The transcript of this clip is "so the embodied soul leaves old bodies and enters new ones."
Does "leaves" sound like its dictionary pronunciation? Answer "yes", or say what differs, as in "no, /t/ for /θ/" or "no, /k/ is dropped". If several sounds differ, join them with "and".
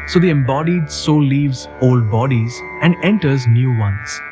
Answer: yes